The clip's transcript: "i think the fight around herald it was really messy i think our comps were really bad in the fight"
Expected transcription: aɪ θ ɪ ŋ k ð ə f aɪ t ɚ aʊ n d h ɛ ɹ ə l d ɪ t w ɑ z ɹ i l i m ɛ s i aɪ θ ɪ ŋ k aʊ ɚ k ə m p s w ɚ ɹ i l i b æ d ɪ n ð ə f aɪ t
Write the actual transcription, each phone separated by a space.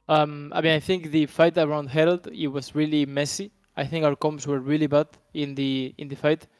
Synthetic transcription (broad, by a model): aɪ θ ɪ ŋ k ð ə f aɪ t ɚ aʊ n d h ɛ ɹ ə l d ɪ t w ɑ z ɹ i l i m ɛ s i aɪ θ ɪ ŋ k aʊ ɚ k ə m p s w ɚ ɹ i l i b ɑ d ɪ n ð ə f aɪ t